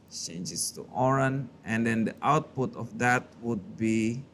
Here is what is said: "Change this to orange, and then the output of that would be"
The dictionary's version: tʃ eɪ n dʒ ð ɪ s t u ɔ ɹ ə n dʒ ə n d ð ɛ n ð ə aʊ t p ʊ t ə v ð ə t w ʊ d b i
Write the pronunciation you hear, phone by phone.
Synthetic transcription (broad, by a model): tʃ eɪ n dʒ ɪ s t u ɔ ɹ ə n ə n d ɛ n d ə aʊ t p ʊ t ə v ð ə t w ʊ d b i